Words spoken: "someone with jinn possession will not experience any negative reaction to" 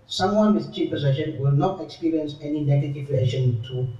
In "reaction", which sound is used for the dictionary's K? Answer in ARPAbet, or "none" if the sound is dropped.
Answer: none